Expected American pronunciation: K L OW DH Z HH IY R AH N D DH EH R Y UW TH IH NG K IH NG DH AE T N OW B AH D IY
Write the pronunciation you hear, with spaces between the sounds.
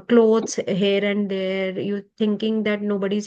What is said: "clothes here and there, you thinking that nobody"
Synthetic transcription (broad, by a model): K L OW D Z HH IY R AH N D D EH R Y UW T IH NG K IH NG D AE T N OW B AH D IY